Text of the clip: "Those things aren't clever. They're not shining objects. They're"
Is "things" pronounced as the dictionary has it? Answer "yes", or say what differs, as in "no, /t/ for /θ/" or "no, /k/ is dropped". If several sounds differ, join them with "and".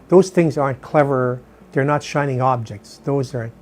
yes